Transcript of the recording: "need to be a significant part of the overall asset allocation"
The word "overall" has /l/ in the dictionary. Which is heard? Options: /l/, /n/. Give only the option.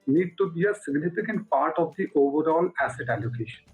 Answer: /l/